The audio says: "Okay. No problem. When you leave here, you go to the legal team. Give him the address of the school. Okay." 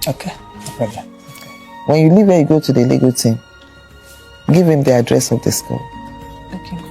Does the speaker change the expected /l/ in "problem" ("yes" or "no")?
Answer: yes